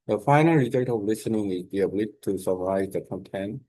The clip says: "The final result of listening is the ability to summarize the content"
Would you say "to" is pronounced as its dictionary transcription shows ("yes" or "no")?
no